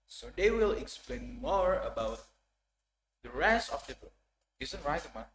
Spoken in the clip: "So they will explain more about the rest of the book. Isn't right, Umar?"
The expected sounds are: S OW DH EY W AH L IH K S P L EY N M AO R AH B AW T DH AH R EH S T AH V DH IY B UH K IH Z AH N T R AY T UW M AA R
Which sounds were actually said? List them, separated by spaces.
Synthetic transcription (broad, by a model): S OW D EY W AH L IH K S P L EY N M AO R AH B AW T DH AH R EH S AH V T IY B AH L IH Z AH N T R AY T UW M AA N